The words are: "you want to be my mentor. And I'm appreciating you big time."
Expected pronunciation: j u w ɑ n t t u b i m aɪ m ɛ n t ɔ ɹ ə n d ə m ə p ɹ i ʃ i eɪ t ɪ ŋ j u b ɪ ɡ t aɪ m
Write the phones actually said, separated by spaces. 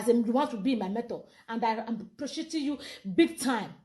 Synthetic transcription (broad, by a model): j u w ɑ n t t u b i m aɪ m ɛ t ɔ l ə n d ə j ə p ɹ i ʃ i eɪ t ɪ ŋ j u b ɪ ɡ t aɪ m